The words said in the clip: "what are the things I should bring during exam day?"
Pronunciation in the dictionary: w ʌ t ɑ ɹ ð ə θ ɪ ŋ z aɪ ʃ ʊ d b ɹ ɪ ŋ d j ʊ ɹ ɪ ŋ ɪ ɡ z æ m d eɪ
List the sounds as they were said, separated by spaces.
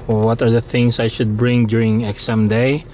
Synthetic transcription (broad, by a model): w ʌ t ɑ ɹ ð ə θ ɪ ŋ s aɪ ʃ ʊ d b ɹ ɪ ŋ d j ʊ ɹ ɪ ŋ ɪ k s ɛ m d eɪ